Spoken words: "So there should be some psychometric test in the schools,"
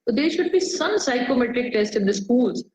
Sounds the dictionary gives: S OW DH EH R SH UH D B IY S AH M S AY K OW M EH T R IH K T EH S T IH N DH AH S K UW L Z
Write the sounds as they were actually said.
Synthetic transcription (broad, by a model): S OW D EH R SH UH D B IY S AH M S AY K OW M EH T R IH K T EH S T IH N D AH S K UW L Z